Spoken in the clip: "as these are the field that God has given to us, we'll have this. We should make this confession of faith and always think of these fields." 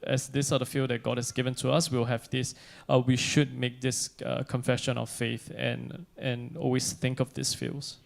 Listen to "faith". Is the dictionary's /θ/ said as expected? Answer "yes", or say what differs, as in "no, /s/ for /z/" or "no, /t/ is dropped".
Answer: yes